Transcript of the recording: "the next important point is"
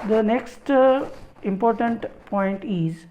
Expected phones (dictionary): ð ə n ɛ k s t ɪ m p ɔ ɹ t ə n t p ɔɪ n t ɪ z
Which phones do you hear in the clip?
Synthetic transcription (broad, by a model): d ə n ɛ k s t ɪ m p ɔ ɹ t ə n t p ɔɪ n t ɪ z